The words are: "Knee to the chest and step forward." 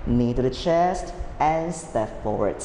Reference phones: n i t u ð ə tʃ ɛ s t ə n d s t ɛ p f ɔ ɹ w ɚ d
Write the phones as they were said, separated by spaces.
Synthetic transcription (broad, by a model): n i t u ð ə tʃ ɛ s t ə n s t ɛ p f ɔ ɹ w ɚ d